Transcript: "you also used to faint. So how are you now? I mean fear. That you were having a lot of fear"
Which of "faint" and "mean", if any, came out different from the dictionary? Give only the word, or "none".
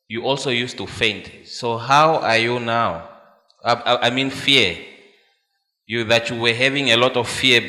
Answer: none